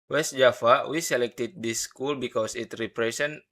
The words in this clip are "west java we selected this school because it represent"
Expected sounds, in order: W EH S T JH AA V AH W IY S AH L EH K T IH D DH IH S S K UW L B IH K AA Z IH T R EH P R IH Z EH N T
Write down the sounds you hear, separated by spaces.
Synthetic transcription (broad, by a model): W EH S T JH AA F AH W IY S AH L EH K T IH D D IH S S K UW L B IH K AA S IH T R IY P R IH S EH N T